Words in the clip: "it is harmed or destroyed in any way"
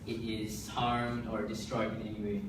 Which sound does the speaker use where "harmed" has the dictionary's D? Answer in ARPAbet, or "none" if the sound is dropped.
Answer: D